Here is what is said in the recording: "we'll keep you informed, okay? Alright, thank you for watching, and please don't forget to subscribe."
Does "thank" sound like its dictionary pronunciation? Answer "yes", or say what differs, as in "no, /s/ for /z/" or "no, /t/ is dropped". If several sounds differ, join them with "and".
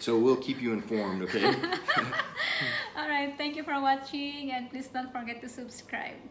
no, /t/ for /θ/